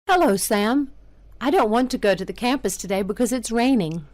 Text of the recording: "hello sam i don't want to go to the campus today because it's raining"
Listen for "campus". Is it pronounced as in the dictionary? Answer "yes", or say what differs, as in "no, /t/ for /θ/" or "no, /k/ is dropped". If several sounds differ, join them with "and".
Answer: yes